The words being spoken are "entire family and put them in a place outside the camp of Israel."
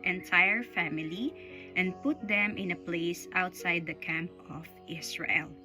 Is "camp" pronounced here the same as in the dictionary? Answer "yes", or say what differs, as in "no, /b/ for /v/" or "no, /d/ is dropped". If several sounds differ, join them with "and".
yes